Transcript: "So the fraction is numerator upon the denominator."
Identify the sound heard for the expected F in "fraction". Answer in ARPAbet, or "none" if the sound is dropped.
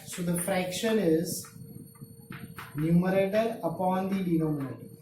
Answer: F